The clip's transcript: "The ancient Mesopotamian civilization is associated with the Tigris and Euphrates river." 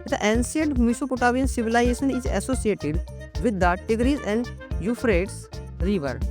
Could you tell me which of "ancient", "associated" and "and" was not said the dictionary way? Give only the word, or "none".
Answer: ancient